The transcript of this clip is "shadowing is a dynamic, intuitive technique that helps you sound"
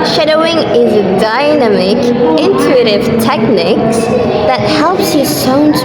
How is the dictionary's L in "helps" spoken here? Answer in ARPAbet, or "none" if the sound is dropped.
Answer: L